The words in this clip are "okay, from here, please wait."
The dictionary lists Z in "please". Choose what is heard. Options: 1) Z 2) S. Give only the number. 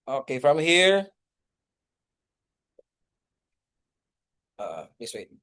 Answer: 2